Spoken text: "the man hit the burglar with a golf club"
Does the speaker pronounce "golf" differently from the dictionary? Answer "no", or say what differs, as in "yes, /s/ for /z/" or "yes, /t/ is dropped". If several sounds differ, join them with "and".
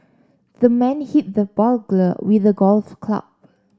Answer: no